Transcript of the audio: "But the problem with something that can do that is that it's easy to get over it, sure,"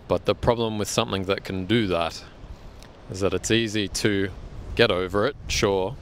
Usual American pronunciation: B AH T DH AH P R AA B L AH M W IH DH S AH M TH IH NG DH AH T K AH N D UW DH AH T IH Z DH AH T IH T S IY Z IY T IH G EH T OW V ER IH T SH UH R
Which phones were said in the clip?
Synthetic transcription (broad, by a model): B AH T DH AH P R AA B L AH M W IH DH S AH M TH IH NG DH AH T K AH N D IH DH AH T IH Z DH AH T IH T S IY Z IY T IH G EH T OW V ER IH T SH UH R